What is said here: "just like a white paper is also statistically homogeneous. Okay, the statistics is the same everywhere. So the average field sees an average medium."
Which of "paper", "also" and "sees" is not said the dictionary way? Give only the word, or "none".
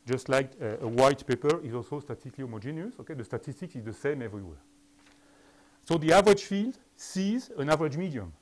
none